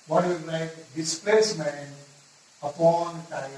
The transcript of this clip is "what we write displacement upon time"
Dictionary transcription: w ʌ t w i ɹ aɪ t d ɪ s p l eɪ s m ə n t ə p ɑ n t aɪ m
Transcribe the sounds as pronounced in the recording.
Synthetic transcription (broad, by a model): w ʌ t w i l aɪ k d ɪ s p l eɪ s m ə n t ə p ɑ n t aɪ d